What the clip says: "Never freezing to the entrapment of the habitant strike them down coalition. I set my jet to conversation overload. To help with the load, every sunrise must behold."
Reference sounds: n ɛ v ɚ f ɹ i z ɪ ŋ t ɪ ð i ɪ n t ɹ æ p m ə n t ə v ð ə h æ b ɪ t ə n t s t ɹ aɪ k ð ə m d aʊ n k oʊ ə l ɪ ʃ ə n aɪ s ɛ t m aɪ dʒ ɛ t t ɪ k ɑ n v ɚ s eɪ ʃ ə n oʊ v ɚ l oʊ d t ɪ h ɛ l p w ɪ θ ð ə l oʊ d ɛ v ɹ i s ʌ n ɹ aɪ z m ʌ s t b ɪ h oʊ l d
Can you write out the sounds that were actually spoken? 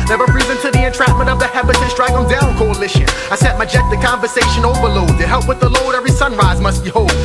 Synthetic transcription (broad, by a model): n ɛ v ɚ p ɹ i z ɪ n t ɪ ð i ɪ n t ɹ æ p m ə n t ə v ð ə h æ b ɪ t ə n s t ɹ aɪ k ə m d aʊ n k oʊ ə l ɪ ʃ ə aɪ s ɛ t m aɪ dʒ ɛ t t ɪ k ɑ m v ɚ s eɪ ʃ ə n oʊ v ɚ l oʊ d t ɪ h ɛ l p w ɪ ð ə l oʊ d ɛ v ɹ i s ʌ n ɹ aɪ z m ʌ s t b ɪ h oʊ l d